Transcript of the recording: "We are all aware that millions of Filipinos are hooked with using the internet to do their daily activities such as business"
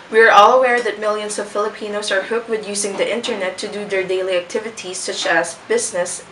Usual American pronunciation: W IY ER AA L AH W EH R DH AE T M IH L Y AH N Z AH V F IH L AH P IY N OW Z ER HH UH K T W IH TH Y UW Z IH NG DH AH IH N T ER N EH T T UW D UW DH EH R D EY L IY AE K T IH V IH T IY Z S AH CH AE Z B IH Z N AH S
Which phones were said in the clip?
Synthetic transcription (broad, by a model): W IY ER AA L AH W EH R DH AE T M IH L Y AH N S AH V F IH L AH P IY N OW S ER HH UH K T W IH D Y UW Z IH NG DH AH IH N T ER N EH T T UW D UW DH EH R D EY L IY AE K T IH V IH T IY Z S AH CH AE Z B IH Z N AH S